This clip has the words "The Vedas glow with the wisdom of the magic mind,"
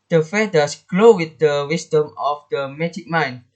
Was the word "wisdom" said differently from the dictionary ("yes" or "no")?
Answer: yes